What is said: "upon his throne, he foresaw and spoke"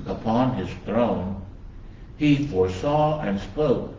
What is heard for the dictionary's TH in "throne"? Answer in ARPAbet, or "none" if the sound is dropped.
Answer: TH